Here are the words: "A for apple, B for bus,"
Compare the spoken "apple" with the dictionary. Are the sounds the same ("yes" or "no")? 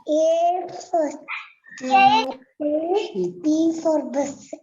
no